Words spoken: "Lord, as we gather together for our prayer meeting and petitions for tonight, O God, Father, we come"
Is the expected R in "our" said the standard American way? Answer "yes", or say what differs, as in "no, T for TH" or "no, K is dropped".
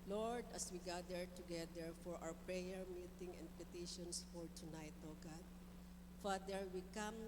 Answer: no, W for R